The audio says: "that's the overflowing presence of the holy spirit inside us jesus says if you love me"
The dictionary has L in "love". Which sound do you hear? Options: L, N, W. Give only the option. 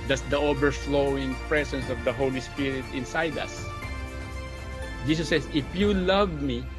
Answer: L